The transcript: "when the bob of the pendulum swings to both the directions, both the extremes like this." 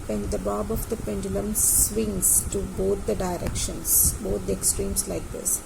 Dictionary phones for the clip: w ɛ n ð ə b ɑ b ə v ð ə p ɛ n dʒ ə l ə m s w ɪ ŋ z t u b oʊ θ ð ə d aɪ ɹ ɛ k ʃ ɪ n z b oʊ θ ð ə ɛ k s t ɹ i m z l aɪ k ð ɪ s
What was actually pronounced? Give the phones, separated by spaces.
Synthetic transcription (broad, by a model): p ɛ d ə b ɑ b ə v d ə p ɛ n dʒ ə l ə m s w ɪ ŋ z t u b oʊ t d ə d aɪ ɹ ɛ k ʃ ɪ n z b oʊ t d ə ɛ k s t ɹ i m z l aɪ k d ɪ s